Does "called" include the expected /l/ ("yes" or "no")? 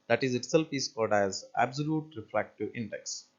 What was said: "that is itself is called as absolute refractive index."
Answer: no